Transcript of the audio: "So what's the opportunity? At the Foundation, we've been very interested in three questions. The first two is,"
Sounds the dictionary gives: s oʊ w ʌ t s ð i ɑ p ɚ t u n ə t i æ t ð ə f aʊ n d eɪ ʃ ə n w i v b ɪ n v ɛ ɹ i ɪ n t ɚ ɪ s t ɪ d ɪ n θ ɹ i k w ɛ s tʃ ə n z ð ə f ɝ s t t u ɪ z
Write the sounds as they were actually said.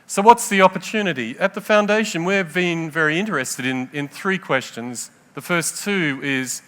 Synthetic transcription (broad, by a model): s oʊ w ʌ t s ð i ɑ p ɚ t u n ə t i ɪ t ð ə f aʊ n d eɪ ʃ ə n w i v b ɪ n v ɛ ɹ i ɪ n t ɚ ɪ s t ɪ d ɪ n θ ɹ i k w ɛ s tʃ ə n z ð ə f ɝ s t t u ɪ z